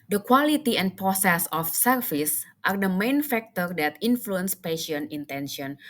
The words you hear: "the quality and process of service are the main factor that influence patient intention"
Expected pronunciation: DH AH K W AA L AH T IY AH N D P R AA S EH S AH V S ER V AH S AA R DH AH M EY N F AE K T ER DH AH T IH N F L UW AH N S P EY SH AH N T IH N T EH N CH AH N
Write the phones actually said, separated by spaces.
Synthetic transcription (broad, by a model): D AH K W AA L AH T IY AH N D P R AA S EH S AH F S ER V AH S AA R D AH M EY N F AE K T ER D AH T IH N F L UW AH N S P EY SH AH N IH N T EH N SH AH N